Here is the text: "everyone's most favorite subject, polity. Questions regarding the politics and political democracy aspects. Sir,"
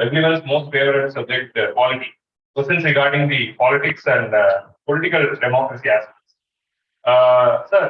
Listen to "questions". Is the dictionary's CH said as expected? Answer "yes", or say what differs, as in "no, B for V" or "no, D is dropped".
no, CH is dropped